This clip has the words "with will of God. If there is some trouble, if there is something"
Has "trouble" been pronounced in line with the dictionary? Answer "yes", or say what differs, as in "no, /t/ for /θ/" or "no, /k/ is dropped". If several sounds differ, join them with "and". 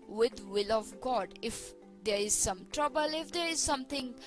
yes